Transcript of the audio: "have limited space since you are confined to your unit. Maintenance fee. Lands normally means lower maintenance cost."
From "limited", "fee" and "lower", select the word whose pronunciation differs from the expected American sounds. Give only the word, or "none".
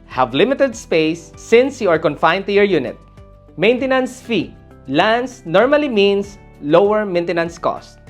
none